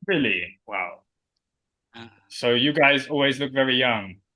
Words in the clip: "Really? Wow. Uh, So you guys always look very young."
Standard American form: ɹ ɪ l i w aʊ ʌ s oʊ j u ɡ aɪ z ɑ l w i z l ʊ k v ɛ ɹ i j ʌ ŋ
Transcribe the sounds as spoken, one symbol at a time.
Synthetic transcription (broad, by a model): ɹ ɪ l i w aʊ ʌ s oʊ j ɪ ɡ aɪ z ɑ l w i z l ʊ k v ɛ ɹ i j ʌ ŋ